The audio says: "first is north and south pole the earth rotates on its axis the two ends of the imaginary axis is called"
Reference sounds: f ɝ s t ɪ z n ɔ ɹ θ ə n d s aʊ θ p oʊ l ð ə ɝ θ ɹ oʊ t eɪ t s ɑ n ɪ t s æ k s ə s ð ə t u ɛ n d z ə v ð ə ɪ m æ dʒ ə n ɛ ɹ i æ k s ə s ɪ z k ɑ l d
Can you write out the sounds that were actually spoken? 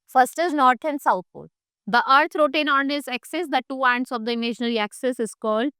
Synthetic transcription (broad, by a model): f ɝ s t ɪ z n ɔ ɹ t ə n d s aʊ t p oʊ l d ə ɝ t ɹ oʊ t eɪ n ɑ n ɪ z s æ k s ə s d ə t u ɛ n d s ə v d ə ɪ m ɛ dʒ n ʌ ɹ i æ k s ə s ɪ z k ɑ l d